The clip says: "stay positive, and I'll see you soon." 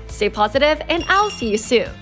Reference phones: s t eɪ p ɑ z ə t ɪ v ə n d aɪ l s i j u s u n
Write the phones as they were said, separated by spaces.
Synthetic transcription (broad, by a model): s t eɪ p ɑ z ə t ɪ v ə n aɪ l s i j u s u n